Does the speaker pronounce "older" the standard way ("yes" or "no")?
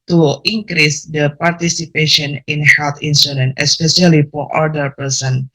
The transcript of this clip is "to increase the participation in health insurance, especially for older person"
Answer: no